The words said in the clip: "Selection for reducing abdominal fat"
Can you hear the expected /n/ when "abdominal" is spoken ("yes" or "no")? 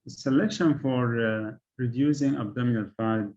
yes